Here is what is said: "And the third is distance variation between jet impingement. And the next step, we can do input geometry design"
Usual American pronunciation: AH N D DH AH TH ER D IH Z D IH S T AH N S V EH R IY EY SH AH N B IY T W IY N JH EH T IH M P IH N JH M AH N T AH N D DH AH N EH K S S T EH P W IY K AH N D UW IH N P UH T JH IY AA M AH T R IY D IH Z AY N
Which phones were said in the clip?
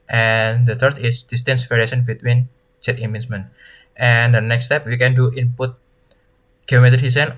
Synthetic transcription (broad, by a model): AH N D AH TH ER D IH S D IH S T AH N S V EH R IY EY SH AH N B IY T W IY N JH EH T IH M IH N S M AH N T AH N D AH N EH K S S T EH P W IY K AH N D UW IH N P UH T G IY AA M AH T IY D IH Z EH N